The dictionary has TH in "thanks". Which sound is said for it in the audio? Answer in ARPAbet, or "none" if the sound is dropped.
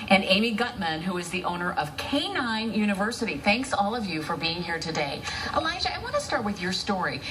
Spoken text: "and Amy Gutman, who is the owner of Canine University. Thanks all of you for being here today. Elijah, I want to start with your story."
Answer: TH